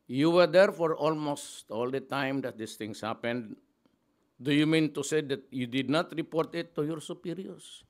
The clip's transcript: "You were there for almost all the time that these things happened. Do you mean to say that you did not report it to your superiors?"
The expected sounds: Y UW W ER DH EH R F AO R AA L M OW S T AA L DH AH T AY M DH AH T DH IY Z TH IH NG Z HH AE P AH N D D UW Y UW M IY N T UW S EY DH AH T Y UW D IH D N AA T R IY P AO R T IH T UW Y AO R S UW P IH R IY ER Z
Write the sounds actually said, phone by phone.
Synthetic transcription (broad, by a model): Y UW W ER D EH R F AO R AA L M OW S T AA L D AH T AY M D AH T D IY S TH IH NG S HH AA P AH N D D UW Y UW M IY N T UW S EY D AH T Y UW D IH D N AA T R IY P AO R T IH T UW Y AO R S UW P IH R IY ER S